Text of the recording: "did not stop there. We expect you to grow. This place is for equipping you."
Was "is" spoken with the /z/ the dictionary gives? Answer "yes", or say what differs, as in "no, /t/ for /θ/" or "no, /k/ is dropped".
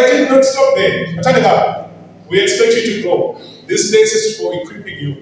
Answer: no, /s/ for /z/